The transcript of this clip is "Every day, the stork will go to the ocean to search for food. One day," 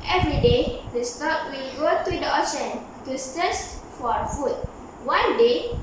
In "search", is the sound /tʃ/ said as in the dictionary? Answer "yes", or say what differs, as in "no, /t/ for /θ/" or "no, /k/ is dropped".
no, /s/ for /tʃ/